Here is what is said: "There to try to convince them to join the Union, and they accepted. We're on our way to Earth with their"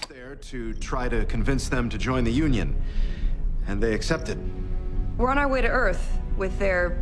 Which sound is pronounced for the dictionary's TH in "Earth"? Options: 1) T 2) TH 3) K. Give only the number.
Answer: 2